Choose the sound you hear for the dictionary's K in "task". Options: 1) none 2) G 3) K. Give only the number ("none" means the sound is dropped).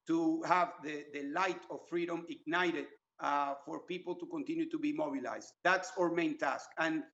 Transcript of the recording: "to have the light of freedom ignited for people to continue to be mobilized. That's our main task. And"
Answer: 3